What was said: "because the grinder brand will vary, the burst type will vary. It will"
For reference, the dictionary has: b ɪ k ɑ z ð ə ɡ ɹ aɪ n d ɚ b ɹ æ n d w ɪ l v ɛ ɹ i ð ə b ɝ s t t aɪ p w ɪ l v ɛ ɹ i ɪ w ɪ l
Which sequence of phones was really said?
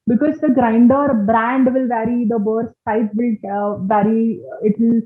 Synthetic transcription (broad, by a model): b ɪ k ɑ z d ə ɡ ɹ aɪ n d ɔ b ɹ æ n d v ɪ l v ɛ ɹ i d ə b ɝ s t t aɪ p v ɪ l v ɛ ɹ i ɪ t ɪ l